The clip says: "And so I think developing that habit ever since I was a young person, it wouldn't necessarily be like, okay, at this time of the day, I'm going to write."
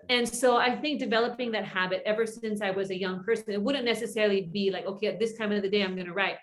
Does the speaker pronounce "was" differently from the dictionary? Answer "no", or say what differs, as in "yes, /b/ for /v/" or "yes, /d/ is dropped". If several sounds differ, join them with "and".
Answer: no